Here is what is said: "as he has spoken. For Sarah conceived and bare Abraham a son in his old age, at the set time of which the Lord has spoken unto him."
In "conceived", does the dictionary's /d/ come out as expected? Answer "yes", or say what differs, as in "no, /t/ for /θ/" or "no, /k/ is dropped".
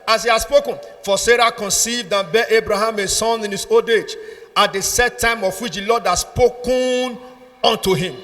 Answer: yes